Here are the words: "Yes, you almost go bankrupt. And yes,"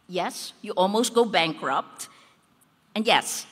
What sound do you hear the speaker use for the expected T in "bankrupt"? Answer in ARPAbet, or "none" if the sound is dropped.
T